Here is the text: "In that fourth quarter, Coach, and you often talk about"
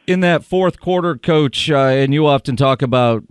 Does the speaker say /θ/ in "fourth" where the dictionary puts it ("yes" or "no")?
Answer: yes